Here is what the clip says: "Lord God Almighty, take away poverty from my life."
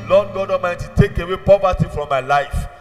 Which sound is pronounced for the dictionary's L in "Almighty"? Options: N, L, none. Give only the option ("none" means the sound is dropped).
none